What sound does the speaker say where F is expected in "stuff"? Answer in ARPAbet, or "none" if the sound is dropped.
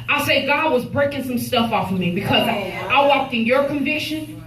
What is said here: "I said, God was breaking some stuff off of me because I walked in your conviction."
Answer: F